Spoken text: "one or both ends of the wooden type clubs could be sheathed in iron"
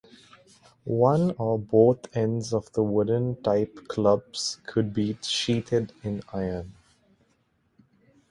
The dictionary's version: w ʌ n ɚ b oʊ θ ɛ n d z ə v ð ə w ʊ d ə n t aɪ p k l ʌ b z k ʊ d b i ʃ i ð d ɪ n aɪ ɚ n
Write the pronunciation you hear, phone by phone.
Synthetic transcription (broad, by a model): w ʌ n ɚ b oʊ t ɛ n d z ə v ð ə w ʊ d ə n t aɪ p k l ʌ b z k ʊ d b i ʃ i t d ɪ n aɪ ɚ n